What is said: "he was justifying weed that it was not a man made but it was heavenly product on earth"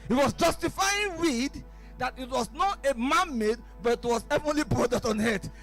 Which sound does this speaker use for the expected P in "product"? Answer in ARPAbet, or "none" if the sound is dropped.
B